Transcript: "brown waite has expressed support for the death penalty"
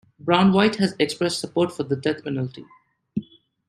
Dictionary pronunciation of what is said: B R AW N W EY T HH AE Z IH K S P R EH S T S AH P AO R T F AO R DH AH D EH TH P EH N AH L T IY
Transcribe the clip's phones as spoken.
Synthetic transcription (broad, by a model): B R AW N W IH T HH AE Z IH K S P R EH S T S AH P AO R T F AO R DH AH D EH T P EH N AH L T IY